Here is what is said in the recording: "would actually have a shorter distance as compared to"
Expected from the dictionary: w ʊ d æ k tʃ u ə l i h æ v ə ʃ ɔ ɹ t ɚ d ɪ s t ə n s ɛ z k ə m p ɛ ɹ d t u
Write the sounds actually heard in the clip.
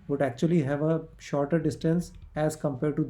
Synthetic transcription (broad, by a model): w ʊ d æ k tʃ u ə l i h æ v ə ʃ ɔ ɹ t ɚ d ɪ s t ə n s ɛ z k ə m p ɛ ɹ d t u